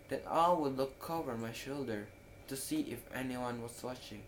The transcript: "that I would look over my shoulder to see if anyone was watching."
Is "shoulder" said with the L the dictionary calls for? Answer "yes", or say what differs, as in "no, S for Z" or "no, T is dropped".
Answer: yes